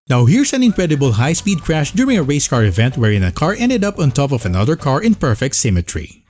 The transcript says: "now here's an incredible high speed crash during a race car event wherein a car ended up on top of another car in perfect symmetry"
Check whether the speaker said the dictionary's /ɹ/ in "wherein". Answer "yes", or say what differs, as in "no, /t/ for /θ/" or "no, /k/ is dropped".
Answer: yes